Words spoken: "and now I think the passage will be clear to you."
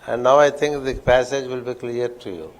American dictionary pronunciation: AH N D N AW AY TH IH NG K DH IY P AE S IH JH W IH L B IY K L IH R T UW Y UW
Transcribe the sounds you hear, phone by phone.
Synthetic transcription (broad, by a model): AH N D N AW AY T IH NG K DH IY P AE S IH JH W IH L B IY K L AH R T UW Y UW